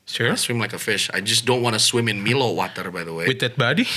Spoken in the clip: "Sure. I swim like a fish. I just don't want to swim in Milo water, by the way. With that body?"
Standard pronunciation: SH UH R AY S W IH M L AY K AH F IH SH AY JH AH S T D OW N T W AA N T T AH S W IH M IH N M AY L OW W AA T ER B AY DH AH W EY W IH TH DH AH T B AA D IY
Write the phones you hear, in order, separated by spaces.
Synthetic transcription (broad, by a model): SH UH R S W IH M L AY K AH F IH SH AY JH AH S D OW N T W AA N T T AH S W IH M IH N M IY L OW W AA T ER B AY DH AH W EY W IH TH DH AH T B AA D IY